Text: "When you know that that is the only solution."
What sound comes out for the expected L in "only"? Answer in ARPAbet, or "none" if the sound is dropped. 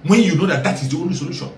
none